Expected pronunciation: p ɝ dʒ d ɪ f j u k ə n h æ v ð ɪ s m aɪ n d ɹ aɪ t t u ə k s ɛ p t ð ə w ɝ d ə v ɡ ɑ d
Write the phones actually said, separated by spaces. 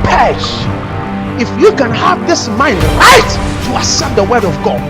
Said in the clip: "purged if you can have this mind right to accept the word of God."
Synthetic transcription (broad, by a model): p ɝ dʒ ɪ f j u k ə n h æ v ð ɪ s m aɪ n d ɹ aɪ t t u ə s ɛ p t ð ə w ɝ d ə v ɡ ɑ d